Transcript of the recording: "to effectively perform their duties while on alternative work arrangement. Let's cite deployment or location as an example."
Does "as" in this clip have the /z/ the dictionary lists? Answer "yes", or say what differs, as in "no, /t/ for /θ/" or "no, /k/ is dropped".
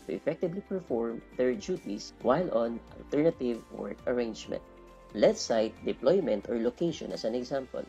no, /s/ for /z/